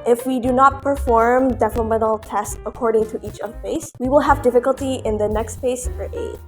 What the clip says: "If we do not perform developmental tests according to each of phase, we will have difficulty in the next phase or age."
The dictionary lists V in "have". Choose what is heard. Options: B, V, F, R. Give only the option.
V